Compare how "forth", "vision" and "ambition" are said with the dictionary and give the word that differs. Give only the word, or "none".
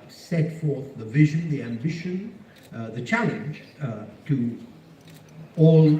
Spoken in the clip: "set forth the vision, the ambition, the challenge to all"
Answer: none